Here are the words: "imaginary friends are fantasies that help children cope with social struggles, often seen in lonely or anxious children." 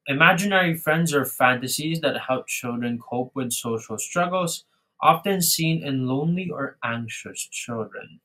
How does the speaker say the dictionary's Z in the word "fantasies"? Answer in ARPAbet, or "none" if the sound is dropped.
Z